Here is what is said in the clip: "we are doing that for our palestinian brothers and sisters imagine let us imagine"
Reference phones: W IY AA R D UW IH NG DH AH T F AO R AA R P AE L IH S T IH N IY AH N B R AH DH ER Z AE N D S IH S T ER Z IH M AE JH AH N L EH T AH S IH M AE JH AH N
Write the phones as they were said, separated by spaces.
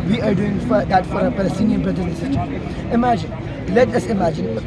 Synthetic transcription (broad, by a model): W IY AA R D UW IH NG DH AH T F AO R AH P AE L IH S T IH N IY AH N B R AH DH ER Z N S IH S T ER IH M AE JH AH N L EH T AH S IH M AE JH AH N